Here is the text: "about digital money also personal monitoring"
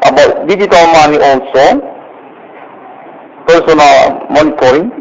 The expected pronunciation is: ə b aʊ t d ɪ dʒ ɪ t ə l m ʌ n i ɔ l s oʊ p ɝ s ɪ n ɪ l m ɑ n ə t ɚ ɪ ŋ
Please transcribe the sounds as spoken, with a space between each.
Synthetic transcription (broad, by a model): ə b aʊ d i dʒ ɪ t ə m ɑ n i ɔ w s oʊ p ɝ s ɪ n ɪ l m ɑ n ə t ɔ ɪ ŋ